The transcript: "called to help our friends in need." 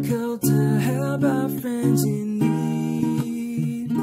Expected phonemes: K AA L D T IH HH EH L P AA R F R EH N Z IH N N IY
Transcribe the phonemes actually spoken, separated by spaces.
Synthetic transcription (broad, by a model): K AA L T IH HH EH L B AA F R EH N Z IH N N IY